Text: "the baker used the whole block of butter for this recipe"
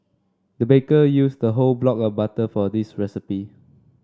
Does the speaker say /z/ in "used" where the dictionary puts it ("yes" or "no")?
no